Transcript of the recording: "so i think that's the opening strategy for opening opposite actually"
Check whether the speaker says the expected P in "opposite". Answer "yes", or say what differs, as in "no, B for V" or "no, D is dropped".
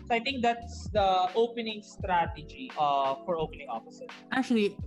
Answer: no, F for P